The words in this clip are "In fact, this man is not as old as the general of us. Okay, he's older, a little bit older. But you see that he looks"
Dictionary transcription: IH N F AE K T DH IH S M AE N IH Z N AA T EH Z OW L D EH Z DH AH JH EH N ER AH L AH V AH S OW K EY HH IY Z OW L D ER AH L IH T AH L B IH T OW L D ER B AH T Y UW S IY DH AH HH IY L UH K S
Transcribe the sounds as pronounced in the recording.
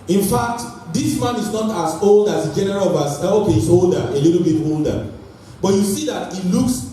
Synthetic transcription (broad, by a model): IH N F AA K T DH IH S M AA N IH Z N AA T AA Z OW L D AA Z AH JH EH N ER AH L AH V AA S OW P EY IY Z OW L D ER AH L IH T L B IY T OW L D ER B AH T Y UW S IY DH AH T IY L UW K S